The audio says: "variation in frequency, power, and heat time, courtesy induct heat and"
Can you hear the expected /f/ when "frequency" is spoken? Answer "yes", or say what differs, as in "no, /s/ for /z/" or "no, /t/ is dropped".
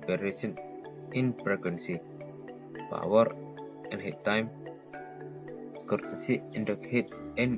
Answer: no, /p/ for /f/